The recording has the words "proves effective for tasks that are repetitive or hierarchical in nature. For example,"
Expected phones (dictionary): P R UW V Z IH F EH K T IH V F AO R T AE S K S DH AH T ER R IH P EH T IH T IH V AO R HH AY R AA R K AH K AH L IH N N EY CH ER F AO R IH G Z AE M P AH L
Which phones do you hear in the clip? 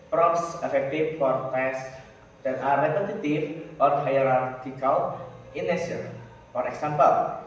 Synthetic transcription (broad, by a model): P R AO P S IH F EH K T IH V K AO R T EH S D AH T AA R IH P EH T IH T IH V AO R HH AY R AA R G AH K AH L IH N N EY S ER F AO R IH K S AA M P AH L